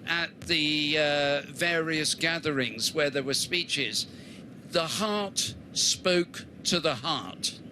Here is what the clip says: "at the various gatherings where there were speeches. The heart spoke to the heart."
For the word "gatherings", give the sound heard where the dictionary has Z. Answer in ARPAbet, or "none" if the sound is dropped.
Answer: Z